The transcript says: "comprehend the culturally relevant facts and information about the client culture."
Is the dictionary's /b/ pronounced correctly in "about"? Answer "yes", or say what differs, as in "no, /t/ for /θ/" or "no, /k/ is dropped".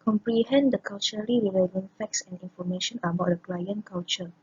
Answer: yes